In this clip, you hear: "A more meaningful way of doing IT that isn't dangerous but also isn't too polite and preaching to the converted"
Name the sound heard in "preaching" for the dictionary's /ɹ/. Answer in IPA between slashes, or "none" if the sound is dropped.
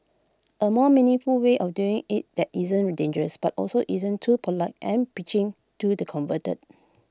none